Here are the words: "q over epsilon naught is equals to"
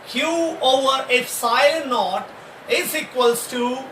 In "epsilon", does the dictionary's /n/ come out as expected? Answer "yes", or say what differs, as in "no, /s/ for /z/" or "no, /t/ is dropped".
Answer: no, /l/ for /n/